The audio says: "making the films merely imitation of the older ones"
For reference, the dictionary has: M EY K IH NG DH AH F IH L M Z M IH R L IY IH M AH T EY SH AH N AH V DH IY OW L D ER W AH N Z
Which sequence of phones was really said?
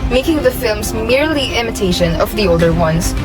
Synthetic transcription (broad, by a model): M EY K IH NG DH AH F IH L M Z M IH R L IY IH M AH T EY SH AH N AH V DH IY OW L D ER W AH N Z